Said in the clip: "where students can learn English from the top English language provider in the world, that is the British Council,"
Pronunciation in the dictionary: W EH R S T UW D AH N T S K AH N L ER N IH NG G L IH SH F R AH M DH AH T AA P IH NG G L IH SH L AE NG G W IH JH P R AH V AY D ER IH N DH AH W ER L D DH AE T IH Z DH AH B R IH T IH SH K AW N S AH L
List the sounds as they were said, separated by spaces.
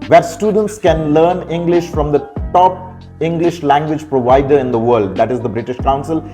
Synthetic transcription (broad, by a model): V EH R S T UW D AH N T S K AH N L ER N IH NG G L IH SH F R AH M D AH T AA P IH NG G L IH SH L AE NG G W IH JH P R AH V AY D ER IH N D AH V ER L D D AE T IH Z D AH B R IH T IH SH K AW N S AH L